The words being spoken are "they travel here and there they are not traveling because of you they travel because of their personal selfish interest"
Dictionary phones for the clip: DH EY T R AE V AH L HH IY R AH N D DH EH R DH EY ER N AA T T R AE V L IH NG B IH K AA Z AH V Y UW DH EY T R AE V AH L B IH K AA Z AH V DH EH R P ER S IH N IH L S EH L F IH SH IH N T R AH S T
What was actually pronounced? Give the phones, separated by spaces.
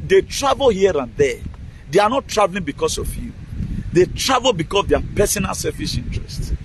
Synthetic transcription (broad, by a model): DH EY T R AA V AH L HH IY R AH N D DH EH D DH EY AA N AA T T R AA V L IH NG B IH K AA S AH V Y UW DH EY T R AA V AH L B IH K AA S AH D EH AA P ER S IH N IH L S EH L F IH S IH N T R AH S T